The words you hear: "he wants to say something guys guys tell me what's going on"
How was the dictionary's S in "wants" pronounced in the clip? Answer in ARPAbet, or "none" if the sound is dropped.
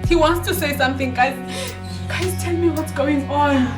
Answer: S